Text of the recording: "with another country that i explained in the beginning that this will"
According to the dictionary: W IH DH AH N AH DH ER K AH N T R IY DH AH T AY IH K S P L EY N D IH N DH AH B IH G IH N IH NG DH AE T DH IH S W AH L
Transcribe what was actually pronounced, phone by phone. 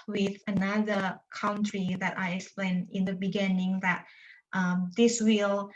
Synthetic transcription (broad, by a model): W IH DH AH N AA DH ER K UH N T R IY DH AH T AY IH K S P L EY N IH N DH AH B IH G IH N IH NG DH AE T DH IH S W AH L